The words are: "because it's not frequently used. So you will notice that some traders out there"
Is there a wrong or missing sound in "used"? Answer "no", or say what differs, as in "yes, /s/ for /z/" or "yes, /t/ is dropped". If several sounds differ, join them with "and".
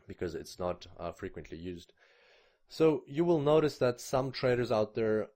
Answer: no